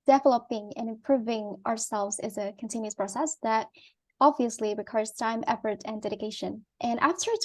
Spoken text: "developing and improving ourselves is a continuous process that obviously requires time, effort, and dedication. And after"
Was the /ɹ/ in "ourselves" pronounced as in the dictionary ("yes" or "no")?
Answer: yes